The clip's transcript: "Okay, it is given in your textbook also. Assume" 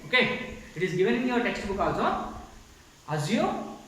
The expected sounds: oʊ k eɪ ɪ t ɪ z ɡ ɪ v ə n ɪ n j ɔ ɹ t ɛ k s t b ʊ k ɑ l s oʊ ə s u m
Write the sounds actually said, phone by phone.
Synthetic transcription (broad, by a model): oʊ k eɪ ɪ t ɪ z ɡ ɪ v ə n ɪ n j ɔ ɹ t ɛ k s t b ʊ k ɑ s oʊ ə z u